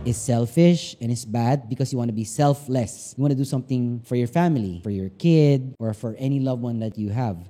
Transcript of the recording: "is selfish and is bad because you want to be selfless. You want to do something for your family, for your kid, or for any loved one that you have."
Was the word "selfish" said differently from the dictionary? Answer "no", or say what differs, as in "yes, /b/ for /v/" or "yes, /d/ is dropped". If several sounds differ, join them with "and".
no